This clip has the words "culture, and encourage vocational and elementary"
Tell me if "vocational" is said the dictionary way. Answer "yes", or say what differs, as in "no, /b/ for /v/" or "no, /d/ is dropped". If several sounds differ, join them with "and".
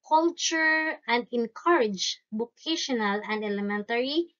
no, /b/ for /v/